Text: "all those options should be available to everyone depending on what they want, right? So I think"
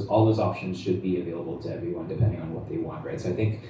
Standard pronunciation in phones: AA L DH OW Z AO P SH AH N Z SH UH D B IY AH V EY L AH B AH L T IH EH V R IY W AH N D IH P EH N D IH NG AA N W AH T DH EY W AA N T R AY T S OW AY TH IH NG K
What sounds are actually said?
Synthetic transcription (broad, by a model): AA L DH OW Z AO P SH AH N Z SH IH D B IY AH V EY L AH B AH L T IH EH V R IY W AH N D IH P EH N D IH NG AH N W AH T DH EY W AA N T R AY T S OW AY TH IH NG K